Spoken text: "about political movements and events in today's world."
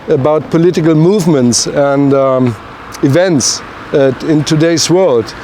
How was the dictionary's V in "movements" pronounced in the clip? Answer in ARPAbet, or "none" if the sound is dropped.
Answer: V